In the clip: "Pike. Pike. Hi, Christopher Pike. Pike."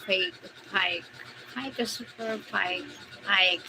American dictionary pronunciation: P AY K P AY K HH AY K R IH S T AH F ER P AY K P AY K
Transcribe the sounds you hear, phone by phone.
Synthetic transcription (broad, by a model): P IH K P AY K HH AY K IH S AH P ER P AY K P AY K